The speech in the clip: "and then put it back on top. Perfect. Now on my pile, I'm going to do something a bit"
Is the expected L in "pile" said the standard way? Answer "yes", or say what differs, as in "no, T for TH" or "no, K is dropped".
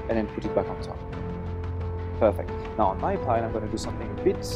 no, N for L